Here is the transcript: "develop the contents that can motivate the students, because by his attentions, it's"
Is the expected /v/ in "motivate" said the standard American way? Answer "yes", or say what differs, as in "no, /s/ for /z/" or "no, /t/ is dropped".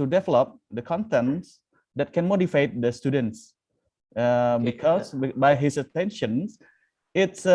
no, /f/ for /v/